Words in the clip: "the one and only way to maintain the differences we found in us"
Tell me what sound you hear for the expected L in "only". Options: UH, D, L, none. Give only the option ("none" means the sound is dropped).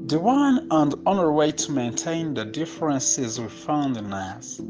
none